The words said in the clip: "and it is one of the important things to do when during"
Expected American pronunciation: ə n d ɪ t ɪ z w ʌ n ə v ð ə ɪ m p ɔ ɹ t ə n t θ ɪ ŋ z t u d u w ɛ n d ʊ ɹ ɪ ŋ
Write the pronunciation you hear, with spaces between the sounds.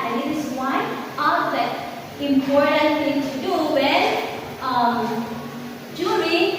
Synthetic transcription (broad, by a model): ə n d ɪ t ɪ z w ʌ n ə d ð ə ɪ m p ɔ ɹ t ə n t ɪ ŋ t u d u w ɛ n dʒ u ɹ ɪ